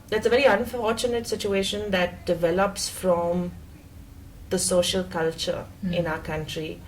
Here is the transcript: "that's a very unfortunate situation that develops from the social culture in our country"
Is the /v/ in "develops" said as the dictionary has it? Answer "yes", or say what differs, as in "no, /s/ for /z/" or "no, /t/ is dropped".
yes